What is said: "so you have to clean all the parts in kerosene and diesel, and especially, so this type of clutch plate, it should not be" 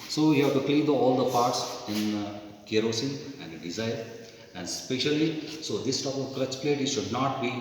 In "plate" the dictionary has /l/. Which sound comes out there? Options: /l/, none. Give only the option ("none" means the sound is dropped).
/l/